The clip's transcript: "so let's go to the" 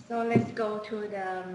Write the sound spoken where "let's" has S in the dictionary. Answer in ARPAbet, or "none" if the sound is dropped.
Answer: S